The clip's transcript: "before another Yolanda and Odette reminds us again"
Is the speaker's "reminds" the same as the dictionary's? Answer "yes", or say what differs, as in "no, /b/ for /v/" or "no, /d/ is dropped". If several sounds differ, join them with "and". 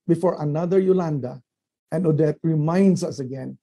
no, /s/ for /z/